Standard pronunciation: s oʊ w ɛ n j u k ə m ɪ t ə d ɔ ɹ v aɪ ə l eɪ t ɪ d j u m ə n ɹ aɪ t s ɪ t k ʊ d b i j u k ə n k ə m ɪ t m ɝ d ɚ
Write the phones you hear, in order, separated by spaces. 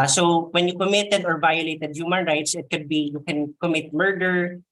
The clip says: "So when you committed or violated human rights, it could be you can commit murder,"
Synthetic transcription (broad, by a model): s oʊ w ɛ n j u k ə m ɪ t ə d ɔ ɹ v aɪ ə l eɪ t ɪ d j u m ə n ɹ aɪ t s ɪ t k ʊ d b i j u k ə n k ə m ɪ t m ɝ d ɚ